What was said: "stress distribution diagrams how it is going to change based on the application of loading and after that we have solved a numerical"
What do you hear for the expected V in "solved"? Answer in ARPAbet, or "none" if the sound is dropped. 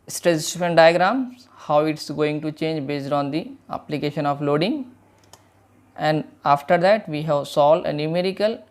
none